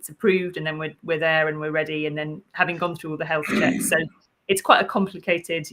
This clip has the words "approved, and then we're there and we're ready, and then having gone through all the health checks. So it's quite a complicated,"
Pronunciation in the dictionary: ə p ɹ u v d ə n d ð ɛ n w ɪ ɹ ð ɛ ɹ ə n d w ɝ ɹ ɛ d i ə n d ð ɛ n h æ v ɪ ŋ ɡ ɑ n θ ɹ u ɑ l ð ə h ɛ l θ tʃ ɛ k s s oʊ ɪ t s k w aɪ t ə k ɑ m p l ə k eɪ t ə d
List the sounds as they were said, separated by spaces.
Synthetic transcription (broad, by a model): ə p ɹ u v d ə n ð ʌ n w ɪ w ð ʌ ɹ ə n w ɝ ɹ ɛ d i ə n ð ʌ n h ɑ v ɪ ŋ ɡ ɑ n θ ɹ u ɑ l ð ə h ɛ l θ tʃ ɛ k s s oʊ ɪ t s k w aɪ t ə k ɑ m p l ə k eɪ t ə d